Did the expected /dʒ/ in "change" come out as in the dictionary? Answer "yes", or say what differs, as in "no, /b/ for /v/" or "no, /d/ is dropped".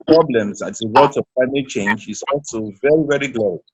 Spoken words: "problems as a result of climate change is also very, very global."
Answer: yes